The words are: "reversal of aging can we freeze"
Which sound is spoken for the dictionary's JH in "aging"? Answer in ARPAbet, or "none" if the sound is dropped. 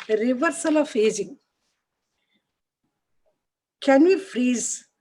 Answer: Z